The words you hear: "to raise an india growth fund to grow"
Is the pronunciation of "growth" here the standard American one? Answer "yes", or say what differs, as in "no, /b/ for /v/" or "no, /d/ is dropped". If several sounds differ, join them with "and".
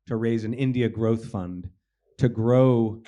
yes